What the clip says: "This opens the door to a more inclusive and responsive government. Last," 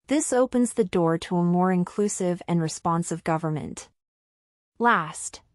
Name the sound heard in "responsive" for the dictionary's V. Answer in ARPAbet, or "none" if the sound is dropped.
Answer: V